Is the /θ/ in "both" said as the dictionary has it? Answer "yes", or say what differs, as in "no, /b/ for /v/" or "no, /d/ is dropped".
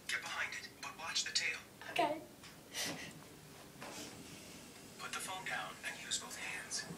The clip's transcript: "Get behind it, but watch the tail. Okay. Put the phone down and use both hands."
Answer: yes